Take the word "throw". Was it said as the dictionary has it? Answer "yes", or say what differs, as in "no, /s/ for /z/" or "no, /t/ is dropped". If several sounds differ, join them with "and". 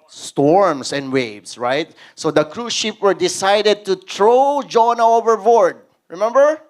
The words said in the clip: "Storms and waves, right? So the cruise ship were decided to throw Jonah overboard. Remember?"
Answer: no, /t/ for /θ/